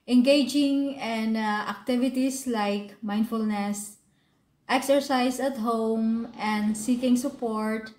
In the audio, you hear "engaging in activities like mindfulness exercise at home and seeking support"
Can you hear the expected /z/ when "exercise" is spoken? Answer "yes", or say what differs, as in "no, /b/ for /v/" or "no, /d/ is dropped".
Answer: no, /s/ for /z/